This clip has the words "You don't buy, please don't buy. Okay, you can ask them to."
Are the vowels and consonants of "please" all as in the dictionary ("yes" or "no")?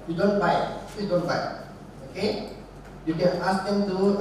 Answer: no